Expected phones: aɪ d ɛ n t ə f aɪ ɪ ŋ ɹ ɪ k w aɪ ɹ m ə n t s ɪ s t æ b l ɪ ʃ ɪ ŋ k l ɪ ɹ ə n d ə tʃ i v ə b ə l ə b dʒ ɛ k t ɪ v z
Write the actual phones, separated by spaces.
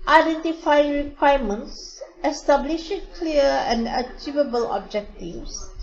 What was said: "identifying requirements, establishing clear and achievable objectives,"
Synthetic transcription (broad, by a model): aɪ d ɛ n t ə f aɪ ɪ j ɹ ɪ k w aɪ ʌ m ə n t s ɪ s t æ b l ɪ ʃ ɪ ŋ k l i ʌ ə n d ə tʃ i v ə b ə l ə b dʒ ɛ k t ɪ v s